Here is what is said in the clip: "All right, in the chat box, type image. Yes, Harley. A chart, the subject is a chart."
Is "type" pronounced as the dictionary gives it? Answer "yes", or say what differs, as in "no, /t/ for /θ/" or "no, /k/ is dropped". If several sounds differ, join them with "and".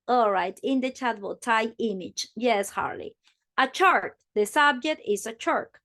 no, /p/ is dropped